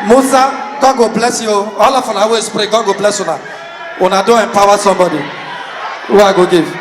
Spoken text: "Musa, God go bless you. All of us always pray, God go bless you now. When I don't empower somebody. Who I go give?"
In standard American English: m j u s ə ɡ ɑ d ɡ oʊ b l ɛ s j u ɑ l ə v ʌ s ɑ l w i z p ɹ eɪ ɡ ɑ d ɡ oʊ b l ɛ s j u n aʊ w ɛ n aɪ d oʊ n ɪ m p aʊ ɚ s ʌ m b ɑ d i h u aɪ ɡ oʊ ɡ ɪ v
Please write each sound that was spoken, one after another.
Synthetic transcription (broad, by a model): m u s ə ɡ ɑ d ɡ oʊ b l ɛ s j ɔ ɑ l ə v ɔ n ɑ w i s p ɹ eɪ ɡ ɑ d ɡ oʊ b l ɛ s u n aʊ n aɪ d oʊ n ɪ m p aʊ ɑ s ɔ m b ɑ d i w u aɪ ɡ oʊ ɡ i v